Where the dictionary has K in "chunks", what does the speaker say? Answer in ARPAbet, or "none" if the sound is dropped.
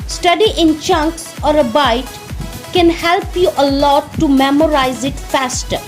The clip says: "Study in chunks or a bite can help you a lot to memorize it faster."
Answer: K